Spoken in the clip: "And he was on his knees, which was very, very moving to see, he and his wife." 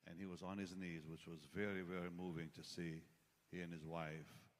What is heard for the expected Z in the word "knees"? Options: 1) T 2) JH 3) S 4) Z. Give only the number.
4